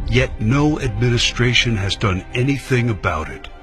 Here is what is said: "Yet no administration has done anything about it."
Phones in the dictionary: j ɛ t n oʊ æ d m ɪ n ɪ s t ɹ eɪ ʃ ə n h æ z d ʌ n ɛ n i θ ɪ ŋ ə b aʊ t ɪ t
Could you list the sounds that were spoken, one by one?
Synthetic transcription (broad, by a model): j ɛ t n oʊ æ d m ɪ n ɪ s t ɹ eɪ ʃ ə n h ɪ z d ʌ n ɛ n i θ ɪ ŋ ə b aʊ t ɪ t